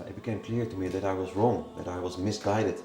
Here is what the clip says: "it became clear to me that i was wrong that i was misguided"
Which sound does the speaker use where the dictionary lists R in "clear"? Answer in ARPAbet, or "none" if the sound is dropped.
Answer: R